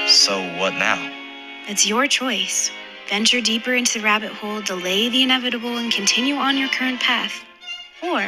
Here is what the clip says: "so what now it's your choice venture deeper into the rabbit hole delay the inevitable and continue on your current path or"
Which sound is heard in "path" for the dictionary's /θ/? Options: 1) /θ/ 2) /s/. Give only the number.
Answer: 1